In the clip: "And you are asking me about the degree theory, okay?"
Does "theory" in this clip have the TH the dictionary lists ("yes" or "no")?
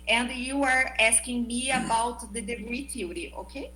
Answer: no